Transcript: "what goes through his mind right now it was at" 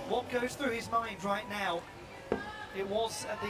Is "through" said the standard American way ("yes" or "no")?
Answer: yes